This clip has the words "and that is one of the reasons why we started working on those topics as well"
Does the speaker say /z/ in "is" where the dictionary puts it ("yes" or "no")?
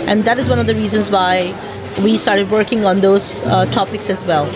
yes